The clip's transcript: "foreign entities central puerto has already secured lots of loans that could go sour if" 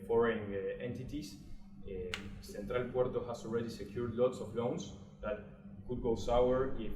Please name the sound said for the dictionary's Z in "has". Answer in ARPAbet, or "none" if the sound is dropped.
S